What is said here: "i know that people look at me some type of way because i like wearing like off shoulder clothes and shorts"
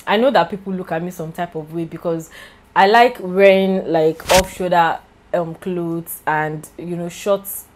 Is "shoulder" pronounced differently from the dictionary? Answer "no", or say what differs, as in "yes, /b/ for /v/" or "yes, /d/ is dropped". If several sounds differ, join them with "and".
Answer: yes, /l/ is dropped